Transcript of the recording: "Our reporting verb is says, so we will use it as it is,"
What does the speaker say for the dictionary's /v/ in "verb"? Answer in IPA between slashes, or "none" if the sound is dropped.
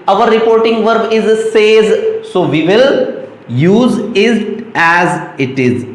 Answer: /v/